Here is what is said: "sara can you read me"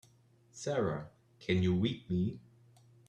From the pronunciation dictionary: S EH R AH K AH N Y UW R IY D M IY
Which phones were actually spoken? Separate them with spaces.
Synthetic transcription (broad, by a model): S EH R AH K AH N Y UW W IY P M IY